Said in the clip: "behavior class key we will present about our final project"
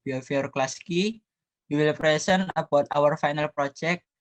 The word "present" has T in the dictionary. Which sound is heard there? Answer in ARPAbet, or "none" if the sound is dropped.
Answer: none